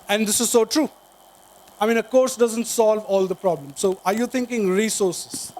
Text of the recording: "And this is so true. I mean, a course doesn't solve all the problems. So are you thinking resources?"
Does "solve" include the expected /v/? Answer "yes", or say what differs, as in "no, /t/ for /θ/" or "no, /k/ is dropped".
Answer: yes